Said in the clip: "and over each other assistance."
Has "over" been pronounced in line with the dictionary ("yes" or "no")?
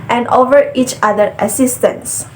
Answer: yes